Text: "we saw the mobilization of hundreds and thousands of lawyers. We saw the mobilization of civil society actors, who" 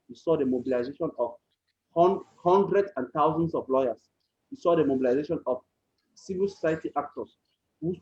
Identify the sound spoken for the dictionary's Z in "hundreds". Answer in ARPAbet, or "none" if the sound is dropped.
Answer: none